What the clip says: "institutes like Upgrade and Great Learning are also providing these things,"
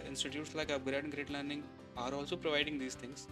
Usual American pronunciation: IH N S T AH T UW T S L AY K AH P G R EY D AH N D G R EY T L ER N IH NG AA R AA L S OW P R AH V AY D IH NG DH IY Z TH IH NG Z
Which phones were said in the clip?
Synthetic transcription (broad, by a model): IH N S T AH T UW T S L AY K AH B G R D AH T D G R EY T L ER N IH NG AA R AA L S OW P R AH V AY D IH NG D IY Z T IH NG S